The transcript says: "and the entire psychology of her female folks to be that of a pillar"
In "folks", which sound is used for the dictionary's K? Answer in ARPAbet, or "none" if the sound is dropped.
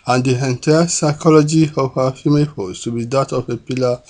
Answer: none